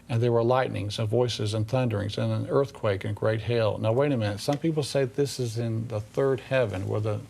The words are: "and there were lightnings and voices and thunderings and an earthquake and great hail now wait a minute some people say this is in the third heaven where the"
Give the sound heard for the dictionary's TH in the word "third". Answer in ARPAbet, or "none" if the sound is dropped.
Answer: TH